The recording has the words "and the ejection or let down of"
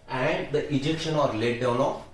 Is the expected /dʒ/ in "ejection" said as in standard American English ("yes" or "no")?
yes